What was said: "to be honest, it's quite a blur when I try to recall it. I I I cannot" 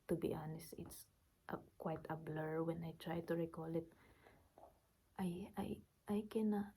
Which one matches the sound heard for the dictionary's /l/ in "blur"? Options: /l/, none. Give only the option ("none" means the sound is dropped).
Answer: /l/